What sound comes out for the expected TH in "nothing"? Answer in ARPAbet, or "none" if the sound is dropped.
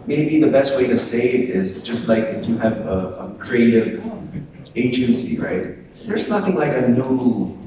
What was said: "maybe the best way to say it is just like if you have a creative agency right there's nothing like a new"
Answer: TH